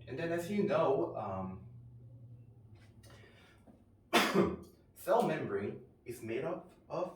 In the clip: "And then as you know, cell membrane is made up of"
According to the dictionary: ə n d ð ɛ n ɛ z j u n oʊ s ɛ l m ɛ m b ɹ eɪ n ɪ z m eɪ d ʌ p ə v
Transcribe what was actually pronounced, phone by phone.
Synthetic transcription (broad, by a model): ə n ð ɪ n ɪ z j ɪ n oʊ s ɛ l m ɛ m b ɹ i ɪ z m eɪ d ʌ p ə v